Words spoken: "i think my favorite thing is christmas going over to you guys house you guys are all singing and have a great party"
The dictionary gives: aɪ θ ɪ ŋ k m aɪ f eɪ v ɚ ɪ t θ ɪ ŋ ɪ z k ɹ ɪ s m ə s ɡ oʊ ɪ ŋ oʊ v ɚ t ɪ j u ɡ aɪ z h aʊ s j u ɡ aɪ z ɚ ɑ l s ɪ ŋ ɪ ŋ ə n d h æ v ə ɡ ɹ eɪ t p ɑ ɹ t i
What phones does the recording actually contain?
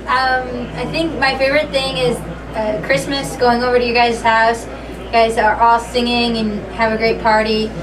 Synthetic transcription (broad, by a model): aɪ θ ɪ ŋ k m aɪ f eɪ v ɚ ɪ t θ ɪ ŋ ɪ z k ɹ ɪ s m ə s ɡ oʊ ɪ ŋ oʊ v ɚ t ɪ j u ɡ aɪ z h aʊ s j ɡ aɪ z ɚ ɑ l s ɪ ŋ ɪ ŋ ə n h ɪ v ə ɡ ɹ eɪ t p ɑ ɹ t i